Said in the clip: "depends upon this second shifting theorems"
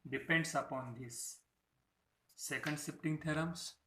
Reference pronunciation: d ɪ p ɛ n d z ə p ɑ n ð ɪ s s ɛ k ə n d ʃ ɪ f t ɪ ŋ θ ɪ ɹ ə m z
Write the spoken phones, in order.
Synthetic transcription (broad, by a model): d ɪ p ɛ n d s ə p ɑ n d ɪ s s ɛ k ə n d s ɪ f t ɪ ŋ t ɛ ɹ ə m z